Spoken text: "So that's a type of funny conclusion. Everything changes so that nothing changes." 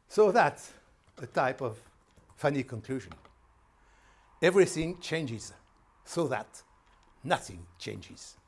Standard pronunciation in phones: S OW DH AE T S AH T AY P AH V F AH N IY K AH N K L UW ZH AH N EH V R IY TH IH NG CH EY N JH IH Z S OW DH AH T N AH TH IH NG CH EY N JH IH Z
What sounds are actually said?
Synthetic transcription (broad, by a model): S OW DH AE T S AH T AY P AH V F AH N IY K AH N K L UW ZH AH N EH V R IY TH IH NG CH EY N JH IH Z S OW DH AH T N AH TH IH NG CH EY N JH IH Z